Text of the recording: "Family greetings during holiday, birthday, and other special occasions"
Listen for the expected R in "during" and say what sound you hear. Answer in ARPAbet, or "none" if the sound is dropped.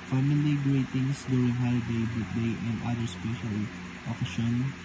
none